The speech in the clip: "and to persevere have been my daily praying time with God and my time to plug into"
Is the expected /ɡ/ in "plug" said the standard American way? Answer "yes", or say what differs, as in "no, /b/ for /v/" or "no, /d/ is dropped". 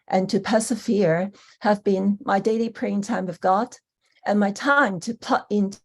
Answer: no, /ɡ/ is dropped